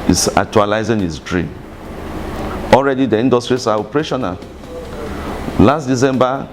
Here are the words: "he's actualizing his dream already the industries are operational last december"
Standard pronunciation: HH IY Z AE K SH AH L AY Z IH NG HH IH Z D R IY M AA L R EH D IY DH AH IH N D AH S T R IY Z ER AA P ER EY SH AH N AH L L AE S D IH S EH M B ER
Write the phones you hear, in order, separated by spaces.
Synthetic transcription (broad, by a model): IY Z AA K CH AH L AY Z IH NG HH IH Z D R IY M AA L R EH D IY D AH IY N D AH S T R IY S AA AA P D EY SH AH N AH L L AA S D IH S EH M B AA